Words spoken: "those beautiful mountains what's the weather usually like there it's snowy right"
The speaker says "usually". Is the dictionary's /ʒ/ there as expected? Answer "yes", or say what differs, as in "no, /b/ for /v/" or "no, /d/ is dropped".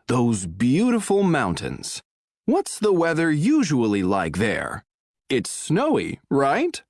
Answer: yes